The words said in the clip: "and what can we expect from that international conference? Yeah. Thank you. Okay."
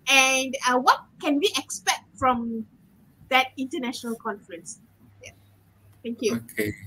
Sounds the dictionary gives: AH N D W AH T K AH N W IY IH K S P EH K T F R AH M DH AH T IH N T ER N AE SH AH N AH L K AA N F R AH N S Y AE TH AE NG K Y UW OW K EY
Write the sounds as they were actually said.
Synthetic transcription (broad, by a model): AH N D W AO T K AH N W IY IH K S P EH K T F R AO M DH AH T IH N T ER N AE SH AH N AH L K AA N F R AH N S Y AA T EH NG K Y UW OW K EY